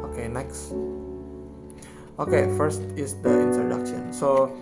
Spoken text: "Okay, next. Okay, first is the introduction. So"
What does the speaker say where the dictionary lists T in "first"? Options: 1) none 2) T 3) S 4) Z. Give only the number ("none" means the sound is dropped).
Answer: 2